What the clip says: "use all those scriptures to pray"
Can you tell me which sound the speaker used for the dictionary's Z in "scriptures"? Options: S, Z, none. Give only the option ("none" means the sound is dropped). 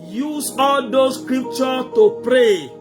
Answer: none